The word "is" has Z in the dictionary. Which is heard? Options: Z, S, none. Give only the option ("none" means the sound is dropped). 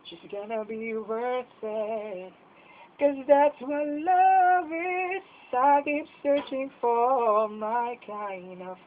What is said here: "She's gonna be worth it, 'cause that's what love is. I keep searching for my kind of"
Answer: S